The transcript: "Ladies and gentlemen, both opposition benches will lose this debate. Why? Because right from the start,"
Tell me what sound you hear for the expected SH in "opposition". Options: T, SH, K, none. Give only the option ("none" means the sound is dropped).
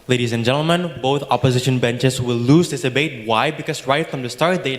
SH